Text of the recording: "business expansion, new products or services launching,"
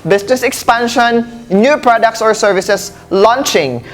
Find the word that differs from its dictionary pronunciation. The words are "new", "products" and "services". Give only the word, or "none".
services